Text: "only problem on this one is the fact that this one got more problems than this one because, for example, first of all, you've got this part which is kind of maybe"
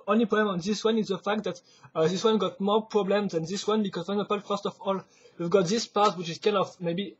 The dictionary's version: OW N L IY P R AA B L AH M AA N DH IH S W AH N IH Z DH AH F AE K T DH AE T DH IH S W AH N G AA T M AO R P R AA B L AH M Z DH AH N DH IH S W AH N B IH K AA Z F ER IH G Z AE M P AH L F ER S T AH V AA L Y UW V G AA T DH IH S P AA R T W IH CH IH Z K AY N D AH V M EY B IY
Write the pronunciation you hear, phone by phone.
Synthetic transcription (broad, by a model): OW N L IY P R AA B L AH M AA N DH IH S W AH N IH Z DH AH F AE K T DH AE T DH IH S W AH N G AA T M AO R P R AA B L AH M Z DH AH N DH IH S W AH N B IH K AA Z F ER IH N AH P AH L F ER S T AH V AA L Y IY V G AA T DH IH S P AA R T W IH CH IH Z K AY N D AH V M EY B IY